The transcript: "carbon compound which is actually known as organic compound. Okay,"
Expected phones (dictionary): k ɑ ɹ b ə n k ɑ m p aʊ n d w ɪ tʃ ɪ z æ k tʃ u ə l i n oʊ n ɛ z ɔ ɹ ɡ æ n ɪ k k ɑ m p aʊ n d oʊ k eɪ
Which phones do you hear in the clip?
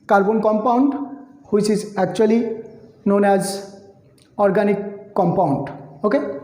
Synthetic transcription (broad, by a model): k ɑ ɹ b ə n k ɑ m p aʊ n d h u s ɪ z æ k tʃ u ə l i n oʊ n ɛ z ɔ ɹ ɡ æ n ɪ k k ɑ m p aʊ n d oʊ k eɪ